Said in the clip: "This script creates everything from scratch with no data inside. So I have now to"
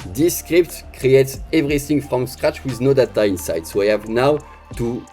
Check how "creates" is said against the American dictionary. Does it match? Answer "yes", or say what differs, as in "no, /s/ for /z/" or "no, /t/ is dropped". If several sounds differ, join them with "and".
yes